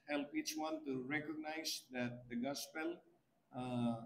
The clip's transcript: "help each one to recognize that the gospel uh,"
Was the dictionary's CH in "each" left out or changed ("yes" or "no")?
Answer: no